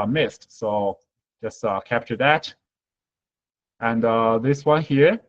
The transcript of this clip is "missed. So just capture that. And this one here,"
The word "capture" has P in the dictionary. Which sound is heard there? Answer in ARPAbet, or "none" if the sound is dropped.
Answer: P